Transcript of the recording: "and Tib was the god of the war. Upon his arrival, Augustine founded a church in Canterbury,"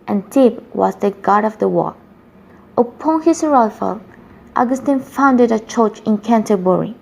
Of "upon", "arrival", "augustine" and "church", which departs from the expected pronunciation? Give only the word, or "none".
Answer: arrival